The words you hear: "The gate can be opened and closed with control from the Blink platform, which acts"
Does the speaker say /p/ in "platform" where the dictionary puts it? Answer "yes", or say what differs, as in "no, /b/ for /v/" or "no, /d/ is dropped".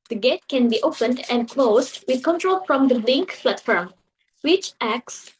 no, /f/ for /p/